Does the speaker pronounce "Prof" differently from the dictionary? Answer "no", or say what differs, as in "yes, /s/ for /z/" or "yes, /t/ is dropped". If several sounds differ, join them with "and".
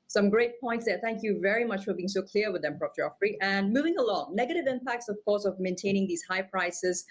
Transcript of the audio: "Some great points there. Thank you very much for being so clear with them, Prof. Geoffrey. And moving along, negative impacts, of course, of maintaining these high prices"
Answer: yes, /p/ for /f/